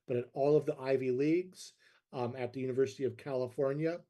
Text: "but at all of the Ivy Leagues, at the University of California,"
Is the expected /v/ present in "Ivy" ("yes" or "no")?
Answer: yes